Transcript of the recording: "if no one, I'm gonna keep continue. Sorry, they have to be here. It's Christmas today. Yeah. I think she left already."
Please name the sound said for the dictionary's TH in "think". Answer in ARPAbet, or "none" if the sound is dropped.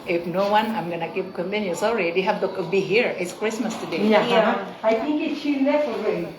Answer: T